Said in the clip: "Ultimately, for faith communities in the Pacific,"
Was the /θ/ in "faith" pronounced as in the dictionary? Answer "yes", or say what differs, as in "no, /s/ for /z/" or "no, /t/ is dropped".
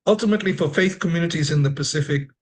yes